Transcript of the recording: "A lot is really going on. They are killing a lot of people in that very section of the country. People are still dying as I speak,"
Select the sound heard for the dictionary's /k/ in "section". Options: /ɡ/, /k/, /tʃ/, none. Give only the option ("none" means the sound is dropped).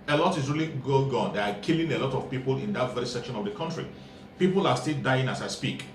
/k/